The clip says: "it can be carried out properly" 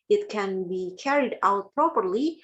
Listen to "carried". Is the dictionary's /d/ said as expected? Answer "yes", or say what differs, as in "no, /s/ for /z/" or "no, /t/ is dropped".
yes